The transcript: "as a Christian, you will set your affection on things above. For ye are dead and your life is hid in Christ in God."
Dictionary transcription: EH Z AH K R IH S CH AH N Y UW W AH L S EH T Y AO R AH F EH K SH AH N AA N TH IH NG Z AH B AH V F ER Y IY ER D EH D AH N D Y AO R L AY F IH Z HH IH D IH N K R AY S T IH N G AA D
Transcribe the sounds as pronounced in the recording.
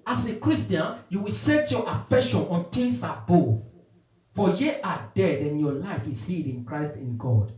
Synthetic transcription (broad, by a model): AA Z AH K R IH S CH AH N Y UW W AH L S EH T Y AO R AH F EH K SH AH N AA N T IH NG S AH B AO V F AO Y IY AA D EH D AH N Y AO L AY F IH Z HH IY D IH N K R AY S T IH N G AA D